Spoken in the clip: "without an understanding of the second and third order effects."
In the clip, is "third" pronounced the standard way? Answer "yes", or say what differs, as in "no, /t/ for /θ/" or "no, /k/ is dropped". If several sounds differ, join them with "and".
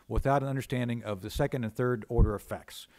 yes